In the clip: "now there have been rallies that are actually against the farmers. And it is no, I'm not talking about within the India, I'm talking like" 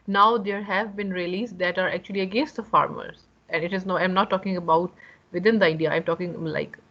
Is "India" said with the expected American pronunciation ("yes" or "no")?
no